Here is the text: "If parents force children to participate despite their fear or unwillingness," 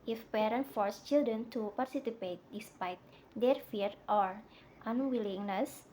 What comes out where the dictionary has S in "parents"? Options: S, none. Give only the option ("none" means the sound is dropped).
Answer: none